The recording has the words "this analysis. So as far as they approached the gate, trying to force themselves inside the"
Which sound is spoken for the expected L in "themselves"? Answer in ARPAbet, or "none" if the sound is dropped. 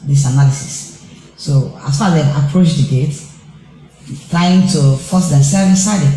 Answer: none